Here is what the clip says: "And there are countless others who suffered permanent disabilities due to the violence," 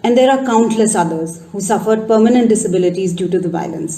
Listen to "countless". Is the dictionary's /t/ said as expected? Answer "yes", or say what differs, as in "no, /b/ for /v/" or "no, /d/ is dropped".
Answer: yes